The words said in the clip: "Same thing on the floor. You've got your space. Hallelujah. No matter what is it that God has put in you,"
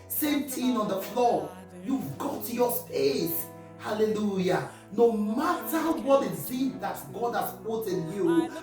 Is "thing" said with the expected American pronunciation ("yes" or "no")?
no